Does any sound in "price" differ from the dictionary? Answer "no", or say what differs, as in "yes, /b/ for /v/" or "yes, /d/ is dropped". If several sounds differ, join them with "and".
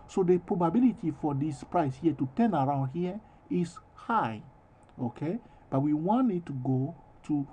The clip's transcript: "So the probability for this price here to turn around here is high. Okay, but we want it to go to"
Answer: no